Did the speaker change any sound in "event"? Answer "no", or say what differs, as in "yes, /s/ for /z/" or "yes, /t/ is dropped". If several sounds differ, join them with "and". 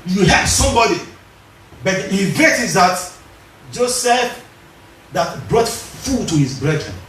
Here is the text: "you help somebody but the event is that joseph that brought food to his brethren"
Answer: yes, /n/ is dropped